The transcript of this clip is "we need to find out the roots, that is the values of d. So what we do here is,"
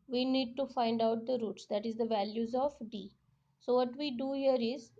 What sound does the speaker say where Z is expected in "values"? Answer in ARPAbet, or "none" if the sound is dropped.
Z